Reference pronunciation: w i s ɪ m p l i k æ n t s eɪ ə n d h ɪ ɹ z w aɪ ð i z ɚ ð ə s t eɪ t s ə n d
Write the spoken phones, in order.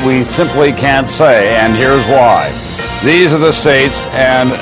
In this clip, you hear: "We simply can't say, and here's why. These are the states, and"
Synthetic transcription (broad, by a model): w i s ɪ m p l i k æ n t s eɪ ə n h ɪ ɹ z w aɪ ð i z ɚ ð ə s t eɪ t s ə n